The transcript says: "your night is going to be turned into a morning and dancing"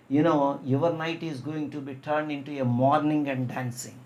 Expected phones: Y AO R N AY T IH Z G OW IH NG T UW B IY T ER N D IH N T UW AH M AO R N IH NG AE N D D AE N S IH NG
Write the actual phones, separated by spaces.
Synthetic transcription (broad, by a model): Y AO R N AY T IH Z G OW IH NG T UW B IY T ER N D IH N T UW AH M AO R N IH NG AE N D D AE N S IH NG